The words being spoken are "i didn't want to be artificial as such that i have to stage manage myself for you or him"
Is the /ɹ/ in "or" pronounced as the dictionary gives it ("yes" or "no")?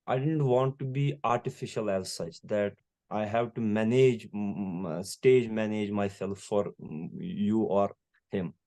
yes